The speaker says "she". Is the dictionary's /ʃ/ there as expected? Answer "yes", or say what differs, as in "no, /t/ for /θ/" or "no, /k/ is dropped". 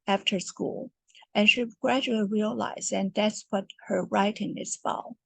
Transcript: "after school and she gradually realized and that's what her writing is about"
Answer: yes